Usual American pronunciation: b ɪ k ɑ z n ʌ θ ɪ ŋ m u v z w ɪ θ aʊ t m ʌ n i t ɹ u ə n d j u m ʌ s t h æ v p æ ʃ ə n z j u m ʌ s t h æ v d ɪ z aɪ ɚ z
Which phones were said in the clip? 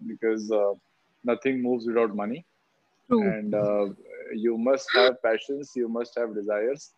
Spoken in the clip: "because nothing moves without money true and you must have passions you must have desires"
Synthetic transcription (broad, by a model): b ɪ k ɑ z n ʌ t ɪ ŋ m u v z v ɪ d aʊ t m ʌ n i ə n d j u m ʌ s t h æ v p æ ʃ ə n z j u m ʌ s t h æ v d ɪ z aɪ ɚ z